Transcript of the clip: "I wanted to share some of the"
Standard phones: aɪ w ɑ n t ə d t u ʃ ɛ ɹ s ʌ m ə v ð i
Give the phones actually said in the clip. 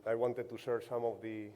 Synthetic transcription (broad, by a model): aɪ w ɑ n t ə d t u s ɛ ɹ s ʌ m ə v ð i